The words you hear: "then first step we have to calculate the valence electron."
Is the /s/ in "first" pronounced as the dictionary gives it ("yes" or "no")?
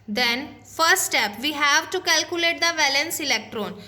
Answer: no